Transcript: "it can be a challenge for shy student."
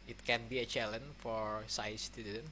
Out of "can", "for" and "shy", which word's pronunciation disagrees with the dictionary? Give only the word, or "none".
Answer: shy